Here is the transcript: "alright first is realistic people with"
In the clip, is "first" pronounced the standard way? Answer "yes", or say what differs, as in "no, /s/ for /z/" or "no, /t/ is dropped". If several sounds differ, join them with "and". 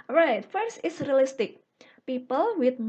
no, /t/ is dropped